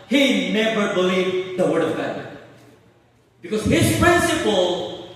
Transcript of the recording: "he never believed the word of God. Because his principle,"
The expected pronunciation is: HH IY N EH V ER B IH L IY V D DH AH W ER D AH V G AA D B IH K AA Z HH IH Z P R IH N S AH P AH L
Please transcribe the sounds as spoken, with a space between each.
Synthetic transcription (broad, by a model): HH IY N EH B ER B IH L IY V D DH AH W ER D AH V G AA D B IH K AA Z HH IH Z P R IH N S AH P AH L